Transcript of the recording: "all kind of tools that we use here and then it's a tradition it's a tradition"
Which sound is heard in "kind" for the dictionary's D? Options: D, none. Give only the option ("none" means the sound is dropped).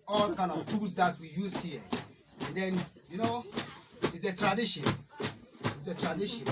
none